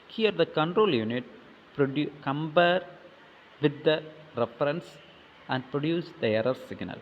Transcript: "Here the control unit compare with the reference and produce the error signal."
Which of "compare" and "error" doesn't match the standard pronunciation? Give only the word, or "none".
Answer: compare